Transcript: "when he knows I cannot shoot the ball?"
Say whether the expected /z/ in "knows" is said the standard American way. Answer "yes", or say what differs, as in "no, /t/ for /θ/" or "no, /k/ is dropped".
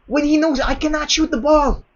yes